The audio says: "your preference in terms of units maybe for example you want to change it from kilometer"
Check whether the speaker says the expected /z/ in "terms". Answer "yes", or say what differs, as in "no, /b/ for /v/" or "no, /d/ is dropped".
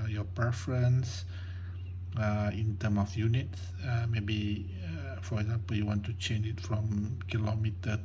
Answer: no, /z/ is dropped